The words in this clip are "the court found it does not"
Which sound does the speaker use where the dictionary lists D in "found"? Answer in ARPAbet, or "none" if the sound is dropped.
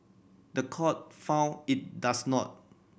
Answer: none